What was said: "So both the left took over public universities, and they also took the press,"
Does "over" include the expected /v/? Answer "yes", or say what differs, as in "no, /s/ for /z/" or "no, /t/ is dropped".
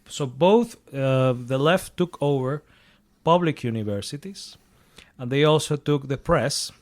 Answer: yes